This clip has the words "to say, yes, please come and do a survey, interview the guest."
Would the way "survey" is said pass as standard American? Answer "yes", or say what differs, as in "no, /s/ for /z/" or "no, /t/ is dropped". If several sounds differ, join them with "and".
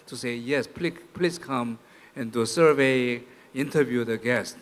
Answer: yes